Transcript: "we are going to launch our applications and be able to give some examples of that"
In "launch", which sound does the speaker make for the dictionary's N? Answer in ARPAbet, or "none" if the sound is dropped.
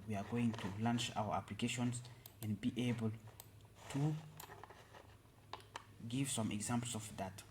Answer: N